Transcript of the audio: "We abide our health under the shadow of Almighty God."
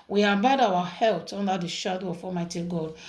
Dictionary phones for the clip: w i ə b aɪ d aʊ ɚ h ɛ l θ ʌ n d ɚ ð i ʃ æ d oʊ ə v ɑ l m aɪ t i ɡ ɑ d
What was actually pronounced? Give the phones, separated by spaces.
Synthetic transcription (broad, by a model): w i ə b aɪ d aʊ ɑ h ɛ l t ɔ n d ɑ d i ʃ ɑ d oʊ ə f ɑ m aɪ t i ɡ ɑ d